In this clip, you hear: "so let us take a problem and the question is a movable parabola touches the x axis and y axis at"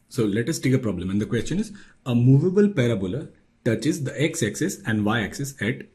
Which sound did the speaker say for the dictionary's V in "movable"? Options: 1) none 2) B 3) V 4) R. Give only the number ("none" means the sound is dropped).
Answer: 3